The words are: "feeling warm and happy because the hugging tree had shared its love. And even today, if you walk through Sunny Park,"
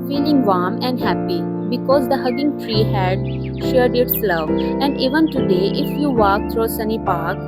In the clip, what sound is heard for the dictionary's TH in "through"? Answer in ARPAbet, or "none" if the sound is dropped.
T